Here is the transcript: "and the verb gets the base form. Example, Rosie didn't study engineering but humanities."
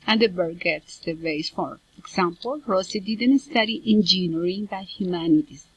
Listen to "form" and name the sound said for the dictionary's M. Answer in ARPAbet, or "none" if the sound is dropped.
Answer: none